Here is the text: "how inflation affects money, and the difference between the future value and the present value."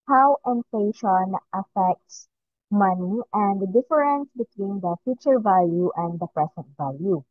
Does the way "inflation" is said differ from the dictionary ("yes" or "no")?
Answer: yes